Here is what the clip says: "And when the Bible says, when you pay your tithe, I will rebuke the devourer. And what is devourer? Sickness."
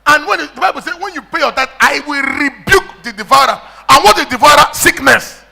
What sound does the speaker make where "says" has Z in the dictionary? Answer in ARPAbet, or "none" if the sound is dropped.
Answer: none